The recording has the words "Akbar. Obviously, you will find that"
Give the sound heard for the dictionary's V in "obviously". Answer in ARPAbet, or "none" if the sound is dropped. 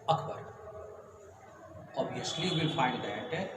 none